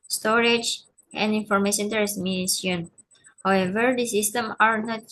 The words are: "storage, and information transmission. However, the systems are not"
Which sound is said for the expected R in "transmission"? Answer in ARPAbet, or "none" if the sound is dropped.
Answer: none